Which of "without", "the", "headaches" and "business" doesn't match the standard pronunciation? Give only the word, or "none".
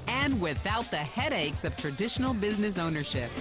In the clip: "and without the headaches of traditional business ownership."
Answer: none